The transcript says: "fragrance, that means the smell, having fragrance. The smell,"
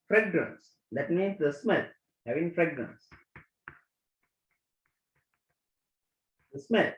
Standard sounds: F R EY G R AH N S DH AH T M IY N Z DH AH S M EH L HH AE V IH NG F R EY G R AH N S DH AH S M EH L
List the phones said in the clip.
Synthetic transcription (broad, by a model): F R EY G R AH N S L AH T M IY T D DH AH S M EH L HH AE V IH NG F R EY G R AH N S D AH S M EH L